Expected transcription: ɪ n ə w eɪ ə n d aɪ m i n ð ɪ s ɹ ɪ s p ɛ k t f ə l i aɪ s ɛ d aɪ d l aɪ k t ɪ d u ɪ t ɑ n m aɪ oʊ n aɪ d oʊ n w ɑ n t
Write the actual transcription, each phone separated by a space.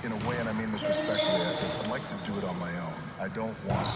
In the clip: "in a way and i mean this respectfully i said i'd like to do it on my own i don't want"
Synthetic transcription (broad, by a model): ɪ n ə w eɪ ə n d aɪ m i n ð ɪ s ɹ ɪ s p ɛ k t ə i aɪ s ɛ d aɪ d l aɪ k t ɪ d ɪ t n m aɪ oʊ n aɪ d oʊ n w ɑ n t